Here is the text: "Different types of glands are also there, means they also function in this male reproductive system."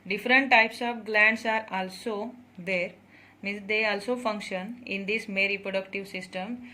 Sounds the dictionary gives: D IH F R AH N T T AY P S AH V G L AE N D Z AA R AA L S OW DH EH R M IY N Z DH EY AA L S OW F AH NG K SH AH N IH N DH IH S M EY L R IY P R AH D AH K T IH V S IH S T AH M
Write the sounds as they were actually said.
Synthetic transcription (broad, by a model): D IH F R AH N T T AY P S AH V G L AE N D S AA R AA L S OW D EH R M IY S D EY AA L S OW F AH NG K SH AH N IH N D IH S M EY R IY P R AH D AH K T IH V S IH S T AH M